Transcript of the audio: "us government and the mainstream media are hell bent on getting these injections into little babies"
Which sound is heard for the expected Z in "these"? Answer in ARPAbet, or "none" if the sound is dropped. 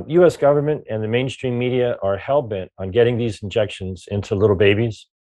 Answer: Z